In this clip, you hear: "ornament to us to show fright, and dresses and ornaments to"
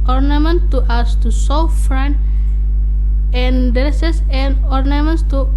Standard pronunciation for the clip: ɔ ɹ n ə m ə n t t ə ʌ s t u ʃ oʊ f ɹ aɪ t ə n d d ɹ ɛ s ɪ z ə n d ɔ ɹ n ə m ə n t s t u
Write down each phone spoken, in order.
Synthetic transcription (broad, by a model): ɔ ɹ n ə m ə n t t ə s t u s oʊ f ɹ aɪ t ə n d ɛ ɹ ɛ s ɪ s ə n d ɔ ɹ n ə m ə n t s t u